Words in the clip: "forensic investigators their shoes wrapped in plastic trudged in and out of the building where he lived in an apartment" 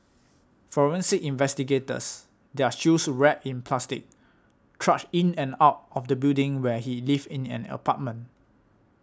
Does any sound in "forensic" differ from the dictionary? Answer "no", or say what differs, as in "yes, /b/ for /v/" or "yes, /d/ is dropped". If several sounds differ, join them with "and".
yes, /k/ is dropped